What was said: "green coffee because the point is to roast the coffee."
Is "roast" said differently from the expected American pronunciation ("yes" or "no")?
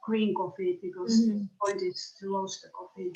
yes